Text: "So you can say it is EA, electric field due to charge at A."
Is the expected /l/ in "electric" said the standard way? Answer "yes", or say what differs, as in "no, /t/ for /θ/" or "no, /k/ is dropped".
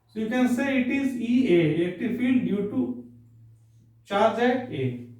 no, /l/ is dropped